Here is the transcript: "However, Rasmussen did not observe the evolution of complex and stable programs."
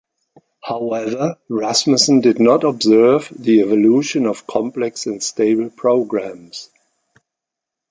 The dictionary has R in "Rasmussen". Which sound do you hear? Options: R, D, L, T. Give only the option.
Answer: R